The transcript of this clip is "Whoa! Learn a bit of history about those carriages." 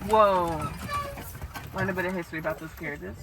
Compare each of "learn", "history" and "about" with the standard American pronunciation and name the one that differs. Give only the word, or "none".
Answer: learn